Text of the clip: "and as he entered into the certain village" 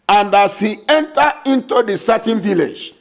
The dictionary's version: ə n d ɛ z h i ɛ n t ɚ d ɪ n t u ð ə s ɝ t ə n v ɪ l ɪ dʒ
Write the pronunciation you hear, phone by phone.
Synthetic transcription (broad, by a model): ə n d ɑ s h i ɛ n t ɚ ɪ n t u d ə s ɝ t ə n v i l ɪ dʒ